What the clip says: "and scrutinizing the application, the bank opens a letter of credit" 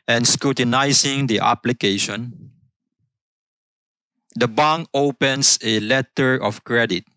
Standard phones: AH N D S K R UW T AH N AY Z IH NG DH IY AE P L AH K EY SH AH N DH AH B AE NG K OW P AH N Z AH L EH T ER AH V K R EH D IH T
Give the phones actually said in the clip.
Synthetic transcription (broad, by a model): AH N S K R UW T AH N AY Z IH NG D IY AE P L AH K EY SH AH N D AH B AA NG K OW P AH N S AH L EH T ER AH F K R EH D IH T